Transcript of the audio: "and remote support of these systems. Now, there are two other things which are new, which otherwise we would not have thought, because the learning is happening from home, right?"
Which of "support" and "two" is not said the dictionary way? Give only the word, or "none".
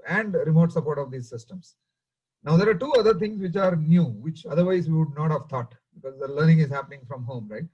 none